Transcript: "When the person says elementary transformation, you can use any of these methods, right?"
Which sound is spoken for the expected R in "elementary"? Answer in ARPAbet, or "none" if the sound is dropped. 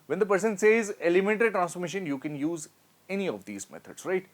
none